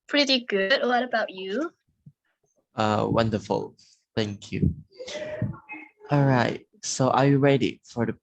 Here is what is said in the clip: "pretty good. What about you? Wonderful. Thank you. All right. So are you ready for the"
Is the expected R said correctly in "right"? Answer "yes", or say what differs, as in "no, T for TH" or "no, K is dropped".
yes